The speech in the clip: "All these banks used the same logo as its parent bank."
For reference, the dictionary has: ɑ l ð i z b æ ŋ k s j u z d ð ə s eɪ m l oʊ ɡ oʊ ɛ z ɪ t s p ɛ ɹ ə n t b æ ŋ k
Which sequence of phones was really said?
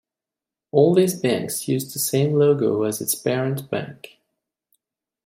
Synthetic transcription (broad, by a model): ɑ l ð i z b æ ŋ k s j u z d ð ə s eɪ m l oʊ ɡ oʊ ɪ z ɪ t s b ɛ ɹ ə n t b æ ŋ k